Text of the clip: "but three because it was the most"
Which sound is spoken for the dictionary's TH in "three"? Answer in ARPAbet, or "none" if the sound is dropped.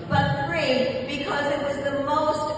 F